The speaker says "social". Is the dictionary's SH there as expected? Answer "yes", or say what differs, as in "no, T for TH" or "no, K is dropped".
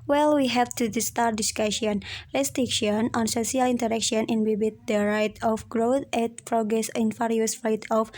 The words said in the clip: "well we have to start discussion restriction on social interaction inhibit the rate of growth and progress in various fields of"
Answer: no, S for SH